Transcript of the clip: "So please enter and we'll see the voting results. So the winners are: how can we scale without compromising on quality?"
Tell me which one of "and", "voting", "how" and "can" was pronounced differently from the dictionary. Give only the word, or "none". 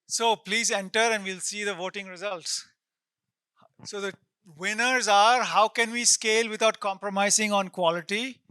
none